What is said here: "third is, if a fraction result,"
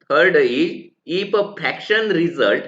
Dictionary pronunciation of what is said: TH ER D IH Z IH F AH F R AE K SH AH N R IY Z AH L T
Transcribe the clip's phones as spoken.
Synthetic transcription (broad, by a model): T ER D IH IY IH P AH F AE K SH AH N R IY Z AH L T